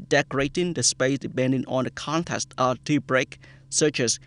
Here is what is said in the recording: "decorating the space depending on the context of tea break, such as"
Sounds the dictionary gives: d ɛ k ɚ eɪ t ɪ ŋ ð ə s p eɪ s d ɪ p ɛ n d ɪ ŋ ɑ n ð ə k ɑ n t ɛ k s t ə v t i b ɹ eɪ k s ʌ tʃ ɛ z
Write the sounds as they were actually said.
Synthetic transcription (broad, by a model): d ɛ k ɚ eɪ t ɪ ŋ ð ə s p eɪ s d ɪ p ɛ n d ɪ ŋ ɑ n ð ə k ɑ n t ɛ s t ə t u b ɹ eɪ k s ʌ tʃ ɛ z